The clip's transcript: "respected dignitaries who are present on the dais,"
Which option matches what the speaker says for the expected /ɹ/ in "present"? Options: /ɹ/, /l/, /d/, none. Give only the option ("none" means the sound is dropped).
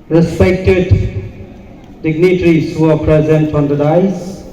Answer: /ɹ/